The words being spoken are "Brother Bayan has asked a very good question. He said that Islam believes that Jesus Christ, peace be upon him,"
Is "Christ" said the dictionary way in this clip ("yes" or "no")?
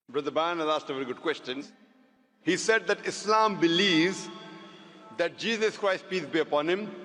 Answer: yes